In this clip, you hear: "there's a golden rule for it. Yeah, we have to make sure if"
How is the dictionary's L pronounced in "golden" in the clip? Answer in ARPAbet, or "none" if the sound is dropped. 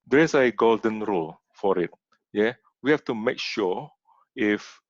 L